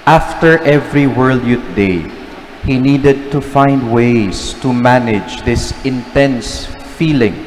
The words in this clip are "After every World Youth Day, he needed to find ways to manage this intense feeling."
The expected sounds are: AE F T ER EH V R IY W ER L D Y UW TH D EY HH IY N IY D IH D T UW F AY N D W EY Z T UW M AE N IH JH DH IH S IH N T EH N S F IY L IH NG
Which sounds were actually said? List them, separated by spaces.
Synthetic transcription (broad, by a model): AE F T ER EH V R IY W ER L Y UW T D EY HH IY N IY D IH D T UW F AY N D W EY S T UW M AE N IH JH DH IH S IH N T EH N S F IY L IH NG